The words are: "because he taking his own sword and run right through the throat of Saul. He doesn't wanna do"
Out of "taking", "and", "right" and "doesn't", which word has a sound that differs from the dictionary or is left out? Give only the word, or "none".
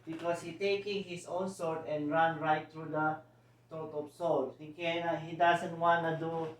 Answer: doesn't